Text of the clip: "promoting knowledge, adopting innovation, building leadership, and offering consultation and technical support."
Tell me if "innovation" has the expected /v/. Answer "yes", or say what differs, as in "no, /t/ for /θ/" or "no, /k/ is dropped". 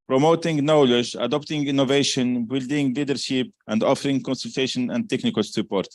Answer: yes